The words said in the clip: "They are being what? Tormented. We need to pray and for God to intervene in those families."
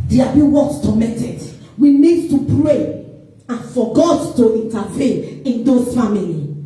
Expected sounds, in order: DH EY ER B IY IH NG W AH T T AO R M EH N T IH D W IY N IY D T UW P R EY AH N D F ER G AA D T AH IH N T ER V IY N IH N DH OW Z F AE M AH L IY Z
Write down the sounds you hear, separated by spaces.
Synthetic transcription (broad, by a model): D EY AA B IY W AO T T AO M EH T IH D W IY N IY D T UW P R EY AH N F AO G AA D T AH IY N T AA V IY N IH N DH OW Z F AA M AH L IY